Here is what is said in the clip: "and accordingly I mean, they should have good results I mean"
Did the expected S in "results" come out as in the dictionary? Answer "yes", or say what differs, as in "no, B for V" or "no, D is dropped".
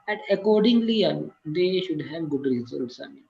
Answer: yes